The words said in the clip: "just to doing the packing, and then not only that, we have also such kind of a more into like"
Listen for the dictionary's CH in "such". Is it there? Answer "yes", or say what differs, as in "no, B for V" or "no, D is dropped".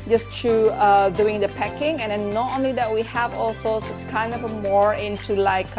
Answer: no, S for CH